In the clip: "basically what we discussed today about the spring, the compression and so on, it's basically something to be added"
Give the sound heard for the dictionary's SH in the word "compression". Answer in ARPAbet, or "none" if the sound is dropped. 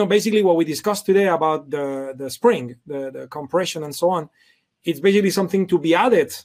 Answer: SH